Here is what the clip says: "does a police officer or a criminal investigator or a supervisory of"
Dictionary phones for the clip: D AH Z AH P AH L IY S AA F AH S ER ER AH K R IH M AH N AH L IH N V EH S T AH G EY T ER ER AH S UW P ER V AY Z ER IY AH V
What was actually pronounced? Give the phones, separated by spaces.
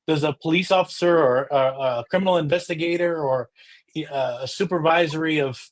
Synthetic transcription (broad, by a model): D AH Z AH P AH L IY S AA F AH S ER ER AH K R IH M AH N L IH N V EH S T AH G EY T ER ER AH S UW P ER V AY Z ER IY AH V